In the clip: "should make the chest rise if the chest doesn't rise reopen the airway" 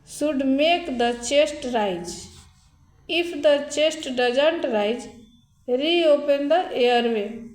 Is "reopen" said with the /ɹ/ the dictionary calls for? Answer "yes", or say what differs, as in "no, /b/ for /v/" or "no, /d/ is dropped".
yes